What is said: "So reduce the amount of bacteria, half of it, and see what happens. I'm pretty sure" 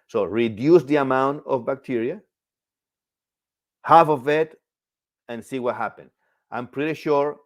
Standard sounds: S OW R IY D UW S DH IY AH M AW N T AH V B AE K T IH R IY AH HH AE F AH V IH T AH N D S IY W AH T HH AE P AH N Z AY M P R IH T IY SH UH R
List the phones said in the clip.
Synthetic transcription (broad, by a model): S OW R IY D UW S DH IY AH M AW N T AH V B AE K T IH R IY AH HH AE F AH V IH T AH N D S IY W AH T HH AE P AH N AY M P R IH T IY SH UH R